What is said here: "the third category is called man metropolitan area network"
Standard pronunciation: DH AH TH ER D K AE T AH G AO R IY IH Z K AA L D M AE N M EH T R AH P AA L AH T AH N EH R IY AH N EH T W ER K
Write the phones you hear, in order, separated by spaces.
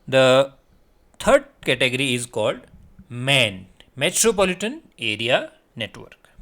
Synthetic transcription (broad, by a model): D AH T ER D K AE T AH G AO R IY IH Z K AA L D M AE N M EH T R AH P AA L AH T AH N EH R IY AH N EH T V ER K